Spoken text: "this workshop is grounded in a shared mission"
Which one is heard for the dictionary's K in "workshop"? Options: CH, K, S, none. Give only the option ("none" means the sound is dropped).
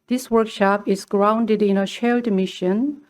K